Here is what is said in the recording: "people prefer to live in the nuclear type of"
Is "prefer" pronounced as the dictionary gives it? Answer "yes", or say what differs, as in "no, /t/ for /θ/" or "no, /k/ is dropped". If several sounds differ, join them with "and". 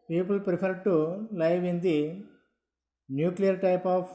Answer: no, /p/ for /f/